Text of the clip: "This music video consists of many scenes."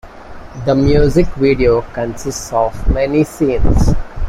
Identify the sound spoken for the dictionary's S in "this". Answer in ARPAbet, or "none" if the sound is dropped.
none